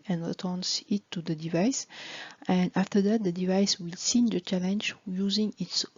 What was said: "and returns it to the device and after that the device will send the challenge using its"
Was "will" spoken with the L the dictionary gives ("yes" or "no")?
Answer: yes